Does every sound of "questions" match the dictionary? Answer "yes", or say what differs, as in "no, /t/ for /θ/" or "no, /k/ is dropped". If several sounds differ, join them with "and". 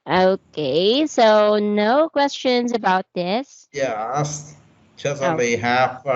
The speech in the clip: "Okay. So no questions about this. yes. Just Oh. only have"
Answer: yes